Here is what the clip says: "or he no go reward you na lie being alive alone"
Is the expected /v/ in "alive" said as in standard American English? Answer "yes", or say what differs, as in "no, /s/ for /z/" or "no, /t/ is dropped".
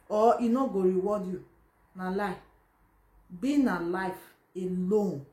no, /f/ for /v/